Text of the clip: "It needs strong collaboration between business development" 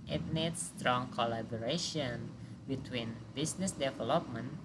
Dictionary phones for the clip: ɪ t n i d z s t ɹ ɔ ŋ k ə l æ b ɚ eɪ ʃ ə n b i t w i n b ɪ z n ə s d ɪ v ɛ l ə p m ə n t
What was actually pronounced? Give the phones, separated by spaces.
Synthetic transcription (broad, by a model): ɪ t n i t s t ɹ ɔ ŋ k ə l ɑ b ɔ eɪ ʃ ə n b i t w i n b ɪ s n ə s d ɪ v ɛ l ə p m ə n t